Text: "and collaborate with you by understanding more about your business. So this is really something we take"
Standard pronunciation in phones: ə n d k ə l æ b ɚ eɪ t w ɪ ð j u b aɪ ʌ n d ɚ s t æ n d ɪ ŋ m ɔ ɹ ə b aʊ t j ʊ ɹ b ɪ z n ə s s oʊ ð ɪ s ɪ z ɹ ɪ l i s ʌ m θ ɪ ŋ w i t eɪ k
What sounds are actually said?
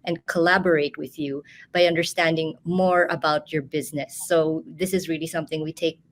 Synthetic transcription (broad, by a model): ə n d k ə l æ b ɚ eɪ t w ɪ ð j u b aɪ ʌ n d ɚ s t æ n d ɪ ŋ m ɔ ɹ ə b aʊ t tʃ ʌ ɹ b ɪ z n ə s s oʊ ð ɪ s ɪ z ɹ ɪ l i s ʌ m θ ɪ ŋ w i t eɪ k